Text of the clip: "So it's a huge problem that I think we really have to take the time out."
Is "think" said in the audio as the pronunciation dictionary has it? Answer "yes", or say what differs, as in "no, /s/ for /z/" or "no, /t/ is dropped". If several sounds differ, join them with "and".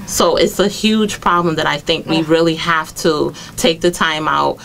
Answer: yes